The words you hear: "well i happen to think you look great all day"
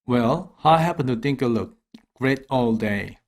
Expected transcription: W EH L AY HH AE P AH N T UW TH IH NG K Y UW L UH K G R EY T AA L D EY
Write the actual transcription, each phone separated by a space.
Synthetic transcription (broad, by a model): W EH L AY HH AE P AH N T UW T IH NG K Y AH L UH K G R EY T AA L D EY